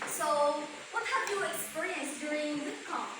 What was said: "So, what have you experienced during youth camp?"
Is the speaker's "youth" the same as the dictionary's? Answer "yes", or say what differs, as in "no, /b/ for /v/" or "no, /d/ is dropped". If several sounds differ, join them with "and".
no, /s/ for /θ/